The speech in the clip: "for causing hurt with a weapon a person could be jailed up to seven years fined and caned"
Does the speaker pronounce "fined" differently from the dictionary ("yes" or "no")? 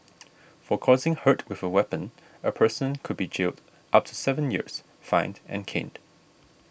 no